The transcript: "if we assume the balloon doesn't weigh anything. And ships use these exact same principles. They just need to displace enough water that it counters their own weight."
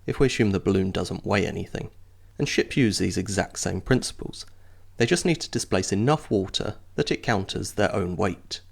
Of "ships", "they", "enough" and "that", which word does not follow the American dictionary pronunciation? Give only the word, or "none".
ships